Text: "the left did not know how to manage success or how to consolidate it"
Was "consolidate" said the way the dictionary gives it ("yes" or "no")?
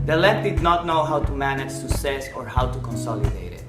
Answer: yes